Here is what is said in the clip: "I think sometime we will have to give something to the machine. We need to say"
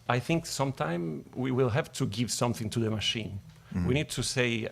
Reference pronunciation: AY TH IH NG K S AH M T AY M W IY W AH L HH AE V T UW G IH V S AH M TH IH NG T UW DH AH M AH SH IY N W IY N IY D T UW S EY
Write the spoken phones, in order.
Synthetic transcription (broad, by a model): AY TH IH NG K S AH M T AY M W IY W AH L HH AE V T UW G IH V S AH M TH IH NG T UW DH AH M AH SH IY N W IY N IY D T UW S EY